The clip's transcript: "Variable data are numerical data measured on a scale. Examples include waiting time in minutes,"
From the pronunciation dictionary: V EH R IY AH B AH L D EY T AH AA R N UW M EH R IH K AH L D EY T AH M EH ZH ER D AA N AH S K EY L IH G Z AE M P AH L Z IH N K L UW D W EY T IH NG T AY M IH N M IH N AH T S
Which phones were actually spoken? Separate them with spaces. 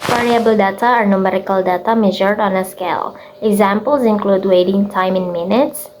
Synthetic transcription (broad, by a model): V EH R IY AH B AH L D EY T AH AA R N UW M EH R IH K AH L D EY T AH M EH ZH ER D AA N AH S K EY L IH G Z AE M P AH L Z IH N K L UW D W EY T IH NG T AY M IH N M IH N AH T S